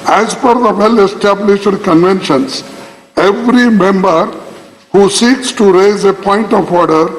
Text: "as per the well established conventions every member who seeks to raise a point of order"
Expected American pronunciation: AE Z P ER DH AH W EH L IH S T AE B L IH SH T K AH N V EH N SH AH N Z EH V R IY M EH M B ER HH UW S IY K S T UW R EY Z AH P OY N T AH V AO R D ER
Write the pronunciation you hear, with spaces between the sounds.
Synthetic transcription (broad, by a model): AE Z F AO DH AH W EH L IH S T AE B L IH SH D K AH N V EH N SH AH N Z EH V R IY M EH M B ER HH UW S IY K S T UW R EY Z AH P OY N T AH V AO R D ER